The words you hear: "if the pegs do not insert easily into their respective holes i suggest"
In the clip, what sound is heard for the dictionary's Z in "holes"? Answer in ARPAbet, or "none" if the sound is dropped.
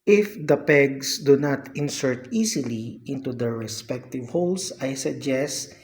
S